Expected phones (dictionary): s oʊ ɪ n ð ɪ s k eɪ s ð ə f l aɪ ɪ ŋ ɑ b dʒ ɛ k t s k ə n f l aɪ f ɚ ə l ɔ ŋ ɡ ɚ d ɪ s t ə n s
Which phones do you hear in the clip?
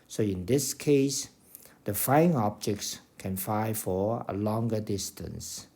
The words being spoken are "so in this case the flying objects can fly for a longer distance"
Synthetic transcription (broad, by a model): s oʊ ɪ n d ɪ s k eɪ s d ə f aɪ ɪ ŋ ɑ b dʒ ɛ k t s k ə n f aɪ f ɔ ə l ɔ ŋ ɡ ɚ d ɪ s t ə n s